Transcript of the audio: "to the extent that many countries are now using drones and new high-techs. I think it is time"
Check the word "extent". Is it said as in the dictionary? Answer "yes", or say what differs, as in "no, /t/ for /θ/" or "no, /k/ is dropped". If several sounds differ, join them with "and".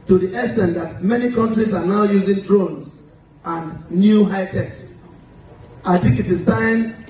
no, /k/ is dropped